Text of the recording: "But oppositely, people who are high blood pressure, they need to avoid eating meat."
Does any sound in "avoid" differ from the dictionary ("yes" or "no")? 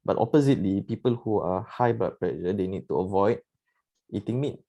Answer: no